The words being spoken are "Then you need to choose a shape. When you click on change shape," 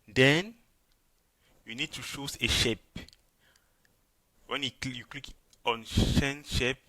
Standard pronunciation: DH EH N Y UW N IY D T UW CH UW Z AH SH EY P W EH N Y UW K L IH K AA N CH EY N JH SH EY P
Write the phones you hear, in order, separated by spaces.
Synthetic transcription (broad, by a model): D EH N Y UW N IY D T UW SH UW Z AH SH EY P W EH N Y UW K L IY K AA N SH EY N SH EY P